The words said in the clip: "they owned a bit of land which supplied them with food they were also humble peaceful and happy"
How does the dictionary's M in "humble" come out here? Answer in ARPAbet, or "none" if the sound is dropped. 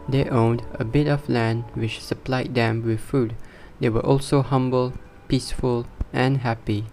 M